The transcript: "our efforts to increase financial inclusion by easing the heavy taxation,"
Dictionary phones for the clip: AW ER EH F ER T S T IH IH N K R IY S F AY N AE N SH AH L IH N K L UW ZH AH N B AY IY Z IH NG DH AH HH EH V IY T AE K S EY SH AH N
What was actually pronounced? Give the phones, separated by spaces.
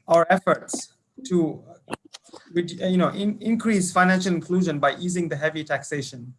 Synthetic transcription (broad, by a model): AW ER EH F ER T S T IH IH N K R IY S F AY N AE N SH AH L IH N K L UW ZH AH N B AY IY Z IH NG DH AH HH EH V IY T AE K S EY SH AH N